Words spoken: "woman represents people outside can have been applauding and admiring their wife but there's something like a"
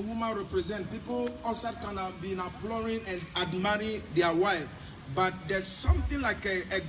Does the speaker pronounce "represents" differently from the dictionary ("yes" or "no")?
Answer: yes